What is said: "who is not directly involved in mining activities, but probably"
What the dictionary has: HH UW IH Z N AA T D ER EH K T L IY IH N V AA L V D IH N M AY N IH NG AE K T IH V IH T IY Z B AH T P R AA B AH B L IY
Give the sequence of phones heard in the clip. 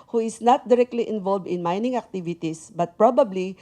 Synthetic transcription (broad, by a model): HH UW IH S N AA T D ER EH K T L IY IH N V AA L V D IH N M AY N IH NG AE K T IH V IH T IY S B AH T P R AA B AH B L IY